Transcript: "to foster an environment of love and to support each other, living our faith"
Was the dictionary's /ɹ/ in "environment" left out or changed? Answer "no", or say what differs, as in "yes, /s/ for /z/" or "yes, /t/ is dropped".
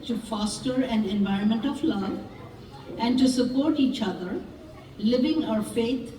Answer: no